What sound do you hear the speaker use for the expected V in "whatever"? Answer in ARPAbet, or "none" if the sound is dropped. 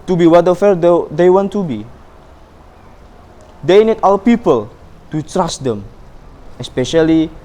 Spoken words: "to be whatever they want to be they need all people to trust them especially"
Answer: F